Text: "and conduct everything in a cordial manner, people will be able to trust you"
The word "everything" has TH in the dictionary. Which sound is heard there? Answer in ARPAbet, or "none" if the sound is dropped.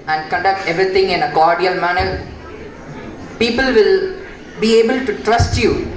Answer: T